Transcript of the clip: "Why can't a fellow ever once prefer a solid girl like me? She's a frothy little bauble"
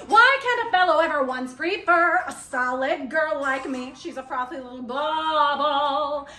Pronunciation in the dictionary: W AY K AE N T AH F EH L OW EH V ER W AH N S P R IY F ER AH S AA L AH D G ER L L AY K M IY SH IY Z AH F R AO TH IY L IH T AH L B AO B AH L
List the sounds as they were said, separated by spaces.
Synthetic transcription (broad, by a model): W AY K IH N AH F EH L OW EH V ER W AH N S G R IY P ER AH S AA L AH D G ER L L AY K M IY SH IY Z AH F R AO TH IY L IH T L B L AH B